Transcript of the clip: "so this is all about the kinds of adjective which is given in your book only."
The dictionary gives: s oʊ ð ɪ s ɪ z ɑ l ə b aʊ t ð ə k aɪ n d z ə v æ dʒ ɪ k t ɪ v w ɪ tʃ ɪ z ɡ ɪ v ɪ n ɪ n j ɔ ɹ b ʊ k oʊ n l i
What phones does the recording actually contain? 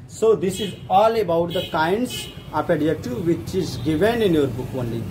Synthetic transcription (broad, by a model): s oʊ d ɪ s ɪ z ɑ l ə b aʊ t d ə k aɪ n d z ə p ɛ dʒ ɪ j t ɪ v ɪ tʃ ɪ z ɡ ɪ v ɪ n ɪ n j ɔ ɹ b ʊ k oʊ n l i